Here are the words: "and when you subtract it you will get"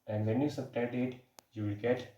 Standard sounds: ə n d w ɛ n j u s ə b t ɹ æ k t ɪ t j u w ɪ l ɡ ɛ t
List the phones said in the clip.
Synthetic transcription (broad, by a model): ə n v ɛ n j u s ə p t ɛ t ɪ t j u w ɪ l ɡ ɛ t